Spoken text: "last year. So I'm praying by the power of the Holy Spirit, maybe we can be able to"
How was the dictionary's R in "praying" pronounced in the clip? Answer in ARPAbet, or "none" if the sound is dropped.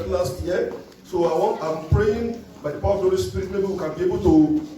R